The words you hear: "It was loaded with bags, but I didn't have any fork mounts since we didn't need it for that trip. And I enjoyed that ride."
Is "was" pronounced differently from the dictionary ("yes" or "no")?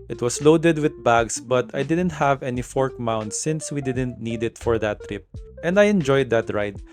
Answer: yes